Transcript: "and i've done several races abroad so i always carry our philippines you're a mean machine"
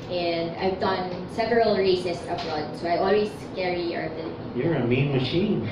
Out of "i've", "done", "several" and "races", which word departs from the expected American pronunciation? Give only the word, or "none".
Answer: races